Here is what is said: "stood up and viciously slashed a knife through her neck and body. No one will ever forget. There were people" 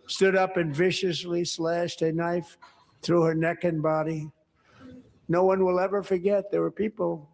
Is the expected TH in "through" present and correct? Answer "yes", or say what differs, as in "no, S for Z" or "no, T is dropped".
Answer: yes